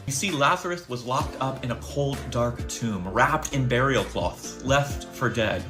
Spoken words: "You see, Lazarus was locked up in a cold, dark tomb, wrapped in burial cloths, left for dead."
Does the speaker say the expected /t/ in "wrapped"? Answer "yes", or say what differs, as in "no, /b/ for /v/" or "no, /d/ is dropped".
yes